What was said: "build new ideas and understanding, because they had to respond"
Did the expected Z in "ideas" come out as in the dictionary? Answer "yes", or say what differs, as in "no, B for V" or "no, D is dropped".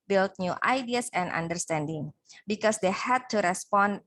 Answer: no, S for Z